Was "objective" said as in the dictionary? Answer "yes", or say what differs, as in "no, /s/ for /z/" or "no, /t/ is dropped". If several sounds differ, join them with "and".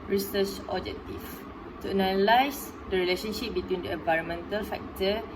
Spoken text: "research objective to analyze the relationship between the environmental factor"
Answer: no, /f/ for /v/